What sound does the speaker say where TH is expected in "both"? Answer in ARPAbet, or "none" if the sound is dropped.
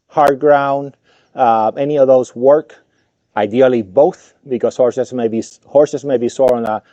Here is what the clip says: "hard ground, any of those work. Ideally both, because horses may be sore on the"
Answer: TH